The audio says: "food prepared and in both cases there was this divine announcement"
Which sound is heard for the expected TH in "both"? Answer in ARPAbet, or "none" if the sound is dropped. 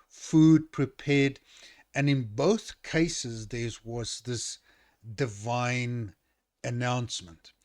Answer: TH